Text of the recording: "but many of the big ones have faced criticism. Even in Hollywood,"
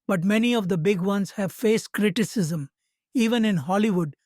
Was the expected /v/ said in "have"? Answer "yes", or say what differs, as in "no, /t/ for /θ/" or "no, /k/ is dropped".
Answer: yes